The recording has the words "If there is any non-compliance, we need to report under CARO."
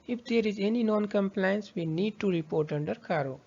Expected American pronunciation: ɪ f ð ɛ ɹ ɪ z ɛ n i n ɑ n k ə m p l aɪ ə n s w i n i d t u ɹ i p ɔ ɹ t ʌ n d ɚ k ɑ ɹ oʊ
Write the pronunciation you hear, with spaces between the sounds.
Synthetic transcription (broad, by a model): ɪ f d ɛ ɹ ɪ z ɛ n i n ɑ n k ə m p l aɪ ə n s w i n i d t u ɹ i p ɔ ɹ t ʌ n d ɚ k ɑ ɹ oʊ